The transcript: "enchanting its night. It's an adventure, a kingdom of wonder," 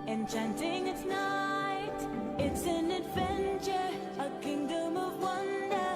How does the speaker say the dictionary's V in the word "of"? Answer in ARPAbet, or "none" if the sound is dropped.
V